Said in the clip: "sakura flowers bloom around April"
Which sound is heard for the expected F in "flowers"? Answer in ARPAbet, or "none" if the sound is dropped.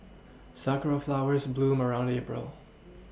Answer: F